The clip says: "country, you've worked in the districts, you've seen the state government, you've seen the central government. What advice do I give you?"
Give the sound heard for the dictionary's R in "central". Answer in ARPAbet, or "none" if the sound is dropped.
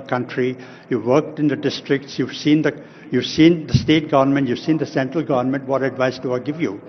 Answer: R